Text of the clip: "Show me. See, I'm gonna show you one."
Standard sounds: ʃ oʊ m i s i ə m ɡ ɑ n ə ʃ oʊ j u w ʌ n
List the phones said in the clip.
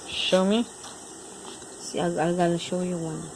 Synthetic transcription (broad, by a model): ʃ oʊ m i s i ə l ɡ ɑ l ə ʃ oʊ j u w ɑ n